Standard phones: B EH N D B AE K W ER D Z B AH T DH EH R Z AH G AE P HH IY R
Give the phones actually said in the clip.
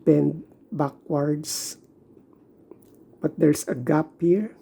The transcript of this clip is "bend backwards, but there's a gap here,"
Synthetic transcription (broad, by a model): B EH N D B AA K W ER D S B AH T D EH R S AH G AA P HH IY R